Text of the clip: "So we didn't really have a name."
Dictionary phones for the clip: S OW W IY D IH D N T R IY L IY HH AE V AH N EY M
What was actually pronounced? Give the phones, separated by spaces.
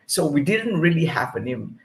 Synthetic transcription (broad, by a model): S OW W IY D IH D N T R IY L IY HH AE P AH N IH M